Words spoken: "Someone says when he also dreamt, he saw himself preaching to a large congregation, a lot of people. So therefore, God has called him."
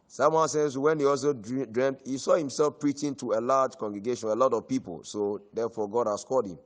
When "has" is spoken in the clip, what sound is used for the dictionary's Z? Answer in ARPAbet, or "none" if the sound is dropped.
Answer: S